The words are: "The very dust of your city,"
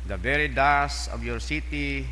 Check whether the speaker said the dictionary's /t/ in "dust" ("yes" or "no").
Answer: no